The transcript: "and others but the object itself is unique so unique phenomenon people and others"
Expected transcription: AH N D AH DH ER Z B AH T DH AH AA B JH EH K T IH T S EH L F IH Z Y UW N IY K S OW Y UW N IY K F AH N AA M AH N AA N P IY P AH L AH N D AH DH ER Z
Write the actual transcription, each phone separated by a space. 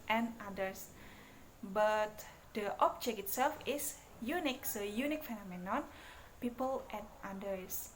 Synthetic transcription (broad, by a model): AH N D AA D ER S B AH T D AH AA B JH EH K IH T S EH L F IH S Y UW N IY K S OW Y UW N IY K F AH N AA M AH N AA N P IY P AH L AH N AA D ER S